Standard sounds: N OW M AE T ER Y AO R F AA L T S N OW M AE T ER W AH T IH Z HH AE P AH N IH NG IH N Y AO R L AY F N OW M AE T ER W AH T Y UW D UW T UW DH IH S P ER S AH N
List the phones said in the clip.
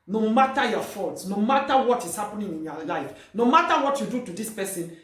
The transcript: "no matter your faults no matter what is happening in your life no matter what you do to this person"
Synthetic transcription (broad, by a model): N OW M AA T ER Y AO F AA L T S N OW M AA T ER W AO T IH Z HH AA P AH N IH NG IH N Y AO L AY F N OW M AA T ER W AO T Y UW D UW T UW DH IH S P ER S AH N